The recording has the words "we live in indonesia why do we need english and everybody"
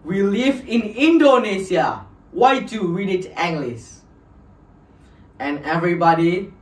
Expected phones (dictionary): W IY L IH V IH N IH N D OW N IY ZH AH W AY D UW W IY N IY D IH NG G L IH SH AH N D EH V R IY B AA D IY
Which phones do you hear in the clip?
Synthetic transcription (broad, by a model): W IY L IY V IH N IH N D OW N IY S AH W AY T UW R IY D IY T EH NG G L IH S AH N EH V R IY B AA D IY